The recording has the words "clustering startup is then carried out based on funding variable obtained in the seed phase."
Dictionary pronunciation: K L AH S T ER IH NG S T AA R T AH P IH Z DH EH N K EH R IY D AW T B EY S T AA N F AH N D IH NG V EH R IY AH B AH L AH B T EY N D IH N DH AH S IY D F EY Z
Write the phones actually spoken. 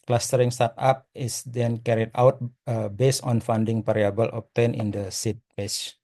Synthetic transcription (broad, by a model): K L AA S T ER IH NG S T AA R T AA P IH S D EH N K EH R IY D AW T B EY S AA N F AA N D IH NG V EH R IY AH B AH L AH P T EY N IH N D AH S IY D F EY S